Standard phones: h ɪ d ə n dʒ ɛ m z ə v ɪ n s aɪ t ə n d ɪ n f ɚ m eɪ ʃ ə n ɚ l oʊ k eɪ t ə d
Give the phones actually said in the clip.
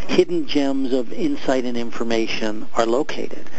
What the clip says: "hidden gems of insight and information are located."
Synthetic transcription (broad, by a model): h ɪ d n dʒ ɛ m z ə v ɪ n s aɪ t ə n ɪ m f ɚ m eɪ ʃ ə n ɚ l oʊ k eɪ t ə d